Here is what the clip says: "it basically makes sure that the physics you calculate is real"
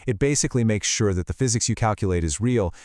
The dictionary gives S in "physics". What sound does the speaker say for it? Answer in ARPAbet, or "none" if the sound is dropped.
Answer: S